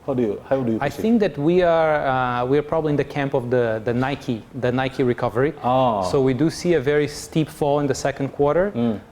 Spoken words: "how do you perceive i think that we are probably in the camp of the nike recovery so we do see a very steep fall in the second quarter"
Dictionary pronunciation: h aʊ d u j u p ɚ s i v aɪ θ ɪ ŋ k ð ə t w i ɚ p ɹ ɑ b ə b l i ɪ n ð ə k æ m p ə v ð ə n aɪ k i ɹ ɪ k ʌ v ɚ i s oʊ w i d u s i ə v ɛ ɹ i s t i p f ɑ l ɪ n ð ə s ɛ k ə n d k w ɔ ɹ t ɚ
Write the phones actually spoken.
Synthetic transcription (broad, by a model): h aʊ d u j u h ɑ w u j aɪ θ ɪ ŋ k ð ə t w i ɚ p ɹ ɑ b ə b l i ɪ n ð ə k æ m p ə v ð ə n aɪ k i ɹ ɪ k ʌ v ɚ i s oʊ w i d u s i ə v ɛ ɹ i s t i p f ɑ l ɪ n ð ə s ɛ k ə n d k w ɔ ɹ t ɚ